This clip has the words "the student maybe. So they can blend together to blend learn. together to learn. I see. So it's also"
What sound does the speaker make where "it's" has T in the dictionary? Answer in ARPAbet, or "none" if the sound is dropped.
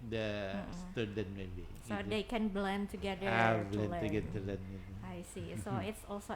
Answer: T